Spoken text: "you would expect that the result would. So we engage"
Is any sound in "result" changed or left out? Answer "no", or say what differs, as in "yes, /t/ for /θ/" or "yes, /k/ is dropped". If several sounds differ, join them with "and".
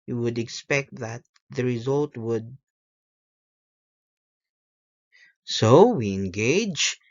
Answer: no